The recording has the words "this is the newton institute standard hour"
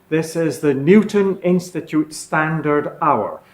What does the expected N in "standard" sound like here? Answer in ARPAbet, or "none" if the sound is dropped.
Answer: N